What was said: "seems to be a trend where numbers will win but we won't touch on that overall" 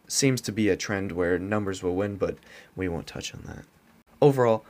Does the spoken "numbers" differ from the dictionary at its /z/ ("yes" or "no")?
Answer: no